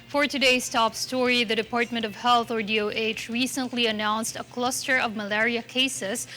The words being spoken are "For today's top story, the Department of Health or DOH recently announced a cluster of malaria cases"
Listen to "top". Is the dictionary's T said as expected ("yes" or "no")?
yes